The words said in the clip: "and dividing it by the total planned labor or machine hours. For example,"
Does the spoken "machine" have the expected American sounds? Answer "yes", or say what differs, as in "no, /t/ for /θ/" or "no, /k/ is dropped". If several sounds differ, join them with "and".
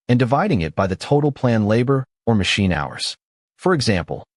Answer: yes